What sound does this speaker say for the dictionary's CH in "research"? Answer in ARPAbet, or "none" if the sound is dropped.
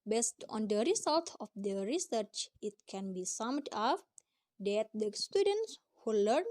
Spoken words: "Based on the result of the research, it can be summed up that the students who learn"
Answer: CH